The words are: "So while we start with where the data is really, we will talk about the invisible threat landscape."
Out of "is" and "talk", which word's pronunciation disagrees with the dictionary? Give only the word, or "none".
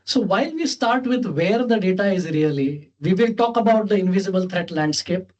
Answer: none